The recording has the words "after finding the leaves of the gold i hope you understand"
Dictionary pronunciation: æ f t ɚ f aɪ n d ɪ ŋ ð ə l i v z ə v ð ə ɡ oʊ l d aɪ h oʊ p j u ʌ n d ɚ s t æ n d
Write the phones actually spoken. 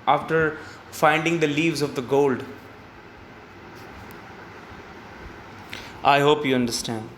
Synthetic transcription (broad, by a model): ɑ f t ɚ f aɪ n d ɪ ŋ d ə l i v z ə v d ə ɡ oʊ l d aɪ h oʊ p j u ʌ n d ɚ s t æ n d